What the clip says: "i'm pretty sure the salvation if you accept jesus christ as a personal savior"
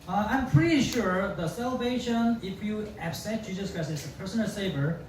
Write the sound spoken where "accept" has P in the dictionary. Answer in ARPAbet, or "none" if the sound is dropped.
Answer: none